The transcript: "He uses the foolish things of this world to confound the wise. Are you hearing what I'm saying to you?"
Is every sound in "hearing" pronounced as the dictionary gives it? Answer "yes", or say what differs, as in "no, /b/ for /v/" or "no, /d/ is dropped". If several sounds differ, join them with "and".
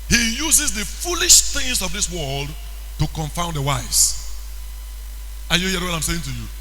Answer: no, /ɹ/ is dropped